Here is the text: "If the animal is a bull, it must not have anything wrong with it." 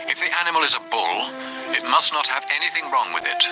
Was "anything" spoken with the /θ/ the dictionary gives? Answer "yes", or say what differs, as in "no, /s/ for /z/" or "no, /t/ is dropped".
yes